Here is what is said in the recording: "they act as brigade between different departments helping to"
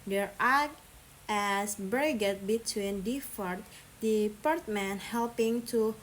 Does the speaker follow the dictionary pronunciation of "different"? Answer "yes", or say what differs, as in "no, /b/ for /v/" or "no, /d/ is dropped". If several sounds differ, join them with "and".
no, /ɹ/ is dropped